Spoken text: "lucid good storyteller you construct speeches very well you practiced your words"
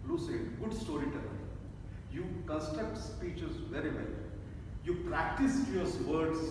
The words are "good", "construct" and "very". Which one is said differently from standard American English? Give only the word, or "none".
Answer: construct